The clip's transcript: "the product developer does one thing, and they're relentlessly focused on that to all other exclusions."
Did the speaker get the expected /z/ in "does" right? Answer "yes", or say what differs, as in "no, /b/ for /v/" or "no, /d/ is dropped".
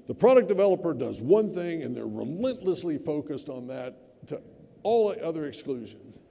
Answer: yes